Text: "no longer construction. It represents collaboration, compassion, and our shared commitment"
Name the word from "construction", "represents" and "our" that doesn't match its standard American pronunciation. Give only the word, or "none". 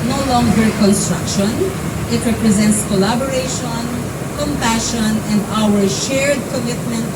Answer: none